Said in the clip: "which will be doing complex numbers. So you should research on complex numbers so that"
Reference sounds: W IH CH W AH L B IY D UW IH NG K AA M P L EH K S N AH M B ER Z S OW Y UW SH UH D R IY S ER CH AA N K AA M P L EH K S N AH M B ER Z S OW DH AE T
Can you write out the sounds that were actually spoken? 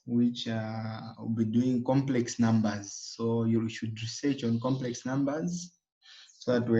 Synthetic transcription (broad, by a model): W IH CH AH W B IY D UW IH NG K AA M P L EH K S N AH M B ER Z S OW Y UW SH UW D R IY S ER CH AA N K AA M P L EH K S N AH M B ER Z S OW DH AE T